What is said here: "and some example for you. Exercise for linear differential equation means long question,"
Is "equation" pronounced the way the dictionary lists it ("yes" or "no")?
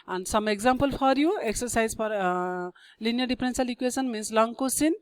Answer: no